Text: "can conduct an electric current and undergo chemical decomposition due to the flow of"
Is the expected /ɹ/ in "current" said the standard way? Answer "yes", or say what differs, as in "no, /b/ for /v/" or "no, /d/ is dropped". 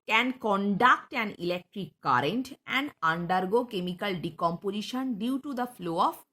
yes